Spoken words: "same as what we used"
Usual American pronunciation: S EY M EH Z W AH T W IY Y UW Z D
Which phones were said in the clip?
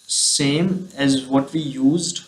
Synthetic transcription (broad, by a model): S EY M EH Z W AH T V IY Y UW Z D